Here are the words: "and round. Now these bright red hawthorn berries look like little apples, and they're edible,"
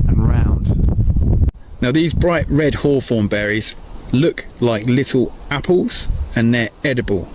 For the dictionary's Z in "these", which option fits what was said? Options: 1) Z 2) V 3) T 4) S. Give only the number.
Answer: 1